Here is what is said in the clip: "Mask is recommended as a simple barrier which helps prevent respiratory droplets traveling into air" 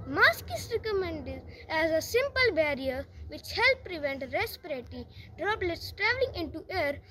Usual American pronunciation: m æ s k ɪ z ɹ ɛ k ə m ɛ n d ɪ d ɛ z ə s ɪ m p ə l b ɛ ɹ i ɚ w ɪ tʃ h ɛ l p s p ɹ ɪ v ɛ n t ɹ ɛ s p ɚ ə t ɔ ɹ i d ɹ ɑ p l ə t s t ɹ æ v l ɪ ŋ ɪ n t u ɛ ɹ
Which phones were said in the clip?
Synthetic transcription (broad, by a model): m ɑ s k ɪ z ɹ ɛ k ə m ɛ n d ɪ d ɛ z ə s ɪ m p ə l b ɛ ɹ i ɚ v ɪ tʃ h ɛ l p p ɹ ɪ v ɛ n t ɹ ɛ s p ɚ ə t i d ɹ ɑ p l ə t s t ɹ æ v l ɪ ŋ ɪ n t u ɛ ɹ